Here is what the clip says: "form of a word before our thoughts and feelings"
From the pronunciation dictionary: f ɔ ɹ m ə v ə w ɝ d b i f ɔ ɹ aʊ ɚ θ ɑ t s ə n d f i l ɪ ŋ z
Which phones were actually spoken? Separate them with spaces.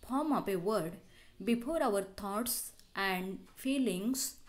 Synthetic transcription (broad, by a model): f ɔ ɹ m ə p ə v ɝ d b i f ɔ ɹ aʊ ɚ t ɑ t s ə n d f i l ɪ ŋ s